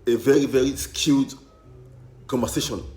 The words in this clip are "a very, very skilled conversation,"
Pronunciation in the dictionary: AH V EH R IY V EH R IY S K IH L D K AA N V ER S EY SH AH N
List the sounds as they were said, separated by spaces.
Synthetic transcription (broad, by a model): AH V EH R IY V EH R IY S K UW D K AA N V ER S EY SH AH N